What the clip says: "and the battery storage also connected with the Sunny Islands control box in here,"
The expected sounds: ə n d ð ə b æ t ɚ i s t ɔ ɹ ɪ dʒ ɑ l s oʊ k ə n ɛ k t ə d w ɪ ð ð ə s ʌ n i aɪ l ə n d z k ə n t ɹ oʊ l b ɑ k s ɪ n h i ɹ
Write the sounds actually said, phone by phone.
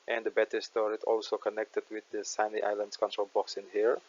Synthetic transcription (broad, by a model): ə n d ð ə b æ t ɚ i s t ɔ ɹ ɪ z ɑ l s oʊ k ə n ɛ k t ə d w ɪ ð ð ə s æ n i aɪ l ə n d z k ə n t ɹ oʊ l b ɑ k s ɪ n h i ɹ